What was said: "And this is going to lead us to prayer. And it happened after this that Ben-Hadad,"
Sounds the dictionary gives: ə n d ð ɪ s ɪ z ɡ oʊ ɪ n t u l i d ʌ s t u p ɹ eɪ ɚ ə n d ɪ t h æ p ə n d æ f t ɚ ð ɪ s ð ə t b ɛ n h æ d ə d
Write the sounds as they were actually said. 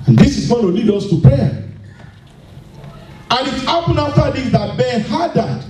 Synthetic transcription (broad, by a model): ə n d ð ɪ s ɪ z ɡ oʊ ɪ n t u l i d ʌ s t u p ɹ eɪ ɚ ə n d ɪ t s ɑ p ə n ɑ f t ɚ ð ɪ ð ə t b ɛ n h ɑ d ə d